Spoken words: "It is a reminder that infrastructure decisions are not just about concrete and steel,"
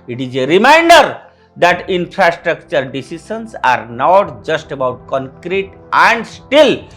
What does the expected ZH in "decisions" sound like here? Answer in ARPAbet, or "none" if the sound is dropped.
S